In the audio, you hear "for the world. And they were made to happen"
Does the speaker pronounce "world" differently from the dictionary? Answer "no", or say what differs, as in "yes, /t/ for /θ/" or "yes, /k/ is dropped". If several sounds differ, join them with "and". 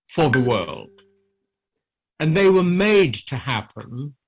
no